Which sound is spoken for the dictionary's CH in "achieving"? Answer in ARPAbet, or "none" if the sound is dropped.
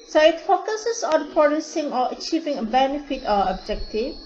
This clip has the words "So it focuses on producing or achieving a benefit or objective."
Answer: CH